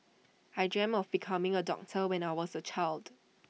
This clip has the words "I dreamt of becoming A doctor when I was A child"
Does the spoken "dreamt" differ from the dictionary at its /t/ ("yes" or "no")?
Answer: yes